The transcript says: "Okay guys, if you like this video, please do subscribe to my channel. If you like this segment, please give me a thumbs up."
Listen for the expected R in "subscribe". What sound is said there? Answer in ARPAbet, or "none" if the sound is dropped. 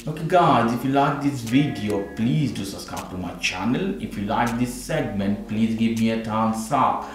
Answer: none